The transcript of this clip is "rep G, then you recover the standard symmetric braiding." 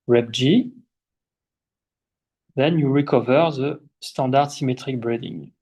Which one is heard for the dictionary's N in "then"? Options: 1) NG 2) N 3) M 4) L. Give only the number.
2